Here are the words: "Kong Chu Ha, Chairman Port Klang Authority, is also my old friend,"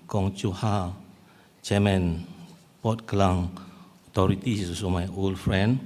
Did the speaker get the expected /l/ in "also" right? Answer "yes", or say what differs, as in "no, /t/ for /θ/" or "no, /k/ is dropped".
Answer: no, /l/ is dropped